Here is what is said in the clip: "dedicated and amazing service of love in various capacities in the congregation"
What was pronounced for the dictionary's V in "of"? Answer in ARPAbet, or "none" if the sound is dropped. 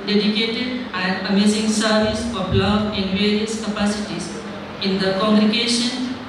B